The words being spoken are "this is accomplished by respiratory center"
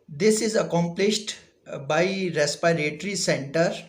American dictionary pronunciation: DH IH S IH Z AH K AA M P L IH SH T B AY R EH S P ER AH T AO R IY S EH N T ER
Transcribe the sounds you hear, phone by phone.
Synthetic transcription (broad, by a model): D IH S IH Z AH K AA M P L IH SH T B AY R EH S P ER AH T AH R IY S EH N T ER